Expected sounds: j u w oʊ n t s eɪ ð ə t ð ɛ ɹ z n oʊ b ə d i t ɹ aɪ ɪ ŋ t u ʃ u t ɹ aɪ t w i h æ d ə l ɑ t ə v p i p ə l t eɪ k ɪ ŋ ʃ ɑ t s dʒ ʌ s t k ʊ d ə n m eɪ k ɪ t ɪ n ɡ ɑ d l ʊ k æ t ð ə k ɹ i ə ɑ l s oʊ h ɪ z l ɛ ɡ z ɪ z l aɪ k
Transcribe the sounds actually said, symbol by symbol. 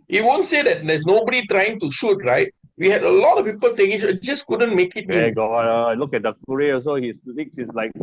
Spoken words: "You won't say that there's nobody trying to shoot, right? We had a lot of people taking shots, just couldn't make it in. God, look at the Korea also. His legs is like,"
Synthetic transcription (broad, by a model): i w oʊ n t s eɪ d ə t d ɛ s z n oʊ b ə d i t ɹ aɪ ɪ ŋ t u ʃ u t ɹ aɪ t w i h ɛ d ə l ɑ t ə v p i p ə l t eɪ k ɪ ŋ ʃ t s dʒ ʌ s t k ʊ d ə n m eɪ k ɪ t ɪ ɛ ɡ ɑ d l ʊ k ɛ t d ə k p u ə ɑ s oʊ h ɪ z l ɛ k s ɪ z l aɪ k